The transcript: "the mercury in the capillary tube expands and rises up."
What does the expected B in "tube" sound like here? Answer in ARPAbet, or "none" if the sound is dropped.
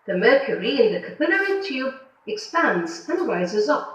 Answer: B